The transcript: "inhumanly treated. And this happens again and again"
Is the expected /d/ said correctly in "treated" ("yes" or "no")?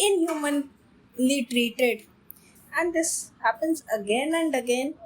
yes